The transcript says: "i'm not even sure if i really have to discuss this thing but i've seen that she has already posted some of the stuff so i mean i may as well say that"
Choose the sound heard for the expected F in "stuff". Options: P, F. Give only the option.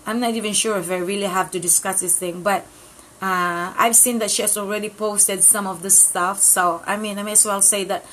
F